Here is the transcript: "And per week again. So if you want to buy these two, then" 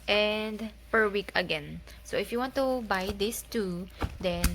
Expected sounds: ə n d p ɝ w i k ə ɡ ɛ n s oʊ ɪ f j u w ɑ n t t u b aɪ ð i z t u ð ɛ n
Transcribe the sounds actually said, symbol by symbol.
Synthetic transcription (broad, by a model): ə n d p ɝ w i k ə ɡ ɛ n s oʊ ɪ f j u w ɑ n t t u b aɪ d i s t u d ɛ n